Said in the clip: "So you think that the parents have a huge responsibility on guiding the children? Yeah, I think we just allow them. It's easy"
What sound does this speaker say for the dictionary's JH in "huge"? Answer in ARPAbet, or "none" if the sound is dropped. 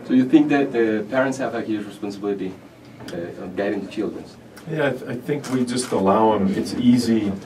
Z